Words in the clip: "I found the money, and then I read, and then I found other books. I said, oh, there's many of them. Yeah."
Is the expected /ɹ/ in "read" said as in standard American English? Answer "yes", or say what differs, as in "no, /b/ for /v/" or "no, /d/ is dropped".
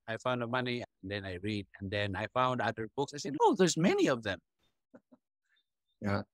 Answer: yes